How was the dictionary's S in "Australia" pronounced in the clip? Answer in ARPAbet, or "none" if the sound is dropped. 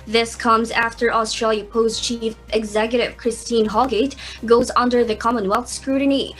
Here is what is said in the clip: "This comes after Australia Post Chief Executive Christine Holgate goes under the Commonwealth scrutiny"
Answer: S